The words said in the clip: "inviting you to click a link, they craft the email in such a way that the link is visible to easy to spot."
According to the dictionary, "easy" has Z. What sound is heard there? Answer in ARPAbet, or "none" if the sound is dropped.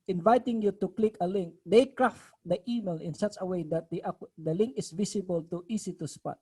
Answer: S